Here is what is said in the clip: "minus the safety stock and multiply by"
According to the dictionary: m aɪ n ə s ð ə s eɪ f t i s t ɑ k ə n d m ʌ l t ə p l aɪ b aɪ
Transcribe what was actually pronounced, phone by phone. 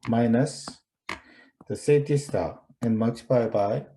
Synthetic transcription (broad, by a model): m aɪ n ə s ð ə s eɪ t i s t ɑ ə n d m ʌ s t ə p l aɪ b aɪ